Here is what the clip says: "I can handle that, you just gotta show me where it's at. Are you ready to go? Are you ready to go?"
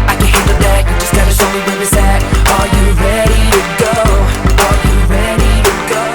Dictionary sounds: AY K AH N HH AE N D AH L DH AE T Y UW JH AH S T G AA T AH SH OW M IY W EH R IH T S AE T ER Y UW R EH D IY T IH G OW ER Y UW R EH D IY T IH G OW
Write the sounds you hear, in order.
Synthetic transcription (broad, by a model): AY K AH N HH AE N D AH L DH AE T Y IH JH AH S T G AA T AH S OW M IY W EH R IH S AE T ER Y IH R EH D IY T IH G OW ER Y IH R EH D IY T IH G OW